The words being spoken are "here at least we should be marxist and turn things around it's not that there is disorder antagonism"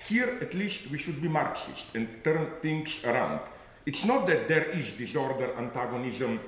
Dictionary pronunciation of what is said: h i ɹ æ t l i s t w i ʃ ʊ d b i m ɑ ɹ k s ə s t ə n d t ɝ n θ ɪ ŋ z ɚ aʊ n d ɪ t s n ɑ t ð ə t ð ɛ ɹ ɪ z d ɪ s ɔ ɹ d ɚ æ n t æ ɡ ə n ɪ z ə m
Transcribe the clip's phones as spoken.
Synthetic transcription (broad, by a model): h i ɹ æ t l i s t w i ʃ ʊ d b i m ɑ ɹ k s ə s t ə n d t ɝ n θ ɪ ŋ s ɚ aʊ n d ɪ t s n ɑ t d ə t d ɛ ɹ ɪ z d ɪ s ɔ ɹ d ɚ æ n t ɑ ɡ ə n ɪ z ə m